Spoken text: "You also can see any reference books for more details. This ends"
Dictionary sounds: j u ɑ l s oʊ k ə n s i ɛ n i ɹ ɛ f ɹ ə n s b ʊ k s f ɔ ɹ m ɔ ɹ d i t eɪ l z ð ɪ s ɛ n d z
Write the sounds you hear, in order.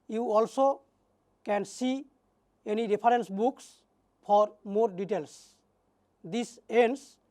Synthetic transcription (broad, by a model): j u ɑ l s oʊ k ə n s i ɛ n i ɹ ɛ p ɹ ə n s b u k s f ɔ ɹ m ɔ ɹ d i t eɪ l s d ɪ s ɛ n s